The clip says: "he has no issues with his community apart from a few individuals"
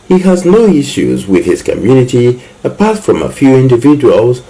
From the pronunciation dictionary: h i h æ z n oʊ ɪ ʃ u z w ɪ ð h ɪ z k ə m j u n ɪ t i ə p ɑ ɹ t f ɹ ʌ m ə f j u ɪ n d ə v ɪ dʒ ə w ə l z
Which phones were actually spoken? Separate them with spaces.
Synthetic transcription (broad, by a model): h i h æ z n oʊ ɪ ʃ u z w ɪ ð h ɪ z k ə m j u n ɪ t i ə p ɑ ɹ t f ɹ ʌ m ə f j u ɪ n d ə v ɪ dʒ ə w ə l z